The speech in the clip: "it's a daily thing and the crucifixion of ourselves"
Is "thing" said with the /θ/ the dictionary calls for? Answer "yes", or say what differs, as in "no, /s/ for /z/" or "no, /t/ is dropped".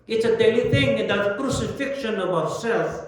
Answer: no, /t/ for /θ/